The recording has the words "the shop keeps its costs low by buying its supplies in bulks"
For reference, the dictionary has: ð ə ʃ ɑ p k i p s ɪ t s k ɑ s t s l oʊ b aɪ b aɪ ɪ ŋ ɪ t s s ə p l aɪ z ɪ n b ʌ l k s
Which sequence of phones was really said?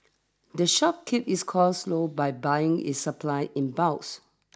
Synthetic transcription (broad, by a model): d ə ʃ ɑ p k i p ɪ s k ɑ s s l oʊ b aɪ b aɪ ɪ ŋ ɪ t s s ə p l aɪ ɪ n b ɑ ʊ s